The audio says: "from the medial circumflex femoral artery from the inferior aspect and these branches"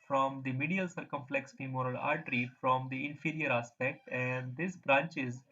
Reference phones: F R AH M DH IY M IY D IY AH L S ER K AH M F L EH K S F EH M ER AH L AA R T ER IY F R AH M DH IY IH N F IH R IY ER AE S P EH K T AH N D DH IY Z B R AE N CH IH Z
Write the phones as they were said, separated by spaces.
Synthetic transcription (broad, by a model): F R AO M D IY M IY D IY AH L S ER K AH M F L EH K S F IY M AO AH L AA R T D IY F R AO M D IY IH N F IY R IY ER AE S P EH K T AH N D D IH S B R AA N CH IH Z